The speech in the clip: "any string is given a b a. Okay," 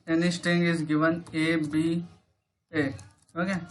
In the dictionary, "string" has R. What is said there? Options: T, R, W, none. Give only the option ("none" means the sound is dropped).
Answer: none